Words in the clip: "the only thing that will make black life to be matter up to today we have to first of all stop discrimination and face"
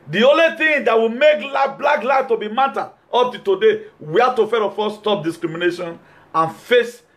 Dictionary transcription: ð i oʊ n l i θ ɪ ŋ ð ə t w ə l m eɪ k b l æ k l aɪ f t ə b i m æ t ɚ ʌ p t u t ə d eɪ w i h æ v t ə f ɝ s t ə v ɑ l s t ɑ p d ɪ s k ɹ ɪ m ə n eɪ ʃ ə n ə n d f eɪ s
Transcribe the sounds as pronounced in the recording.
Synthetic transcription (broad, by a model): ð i oʊ n l i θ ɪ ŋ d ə t w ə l m eɪ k b l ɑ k l aɪ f t ə b i m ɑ t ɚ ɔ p t u t ə d eɪ w i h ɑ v t ə f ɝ t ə f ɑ s t ɑ p d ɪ s k ɹ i m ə n eɪ ʃ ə n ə n f eɪ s